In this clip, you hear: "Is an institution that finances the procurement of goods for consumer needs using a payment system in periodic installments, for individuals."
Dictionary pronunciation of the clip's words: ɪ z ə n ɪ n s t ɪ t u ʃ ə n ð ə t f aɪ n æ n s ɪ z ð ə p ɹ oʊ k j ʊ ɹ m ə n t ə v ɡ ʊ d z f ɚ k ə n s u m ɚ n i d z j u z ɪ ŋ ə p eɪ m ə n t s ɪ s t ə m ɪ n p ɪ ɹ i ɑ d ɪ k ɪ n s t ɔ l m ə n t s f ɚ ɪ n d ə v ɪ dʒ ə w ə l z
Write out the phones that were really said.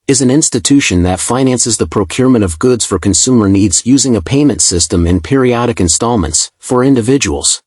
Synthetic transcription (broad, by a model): ɪ z n ɪ n s t ɪ t u ʃ ə n ð ə t f aɪ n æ n s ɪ z ð ə p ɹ oʊ k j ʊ ɹ m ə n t ə v ɡ ʊ d z f ɚ k ə n s u m ɚ n i d z j u z ɪ ŋ ə p eɪ m ə n t s ɪ s t ə m ɪ n p ɪ ɹ i ɑ d ɪ k ɪ n s t ɔ l m ə n t s f ɚ ɪ n d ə v ɪ dʒ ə w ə l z